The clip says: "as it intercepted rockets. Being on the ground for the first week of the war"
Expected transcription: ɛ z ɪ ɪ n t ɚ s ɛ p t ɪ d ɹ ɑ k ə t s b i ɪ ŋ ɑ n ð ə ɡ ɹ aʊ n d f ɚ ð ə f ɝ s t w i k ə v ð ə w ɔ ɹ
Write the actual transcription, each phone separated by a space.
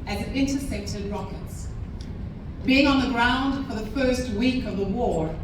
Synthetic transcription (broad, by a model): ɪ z ɪ ɪ n t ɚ s ɛ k t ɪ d ɹ ɑ k ə t s b i ɪ ŋ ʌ n ð ə ɡ ɹ aʊ n d f ɚ ð ə f ɝ s t w i k ə v ð ə w ɔ ɹ